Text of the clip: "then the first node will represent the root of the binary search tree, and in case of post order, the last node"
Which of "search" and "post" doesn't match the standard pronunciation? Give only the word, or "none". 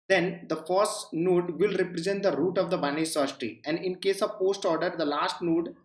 search